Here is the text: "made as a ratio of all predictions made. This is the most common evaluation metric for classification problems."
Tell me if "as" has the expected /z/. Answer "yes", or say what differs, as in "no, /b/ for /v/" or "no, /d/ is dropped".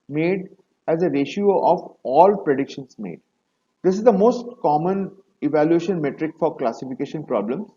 yes